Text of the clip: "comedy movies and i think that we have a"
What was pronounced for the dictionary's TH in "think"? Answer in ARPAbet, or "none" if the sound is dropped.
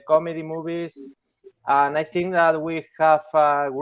TH